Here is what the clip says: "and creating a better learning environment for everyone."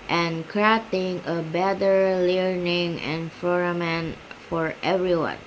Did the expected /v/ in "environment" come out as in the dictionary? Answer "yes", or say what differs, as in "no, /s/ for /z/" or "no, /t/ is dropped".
no, /f/ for /v/